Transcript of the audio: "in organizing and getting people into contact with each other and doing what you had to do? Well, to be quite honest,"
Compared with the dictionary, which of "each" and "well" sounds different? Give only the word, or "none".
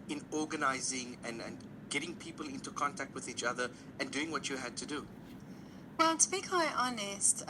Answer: none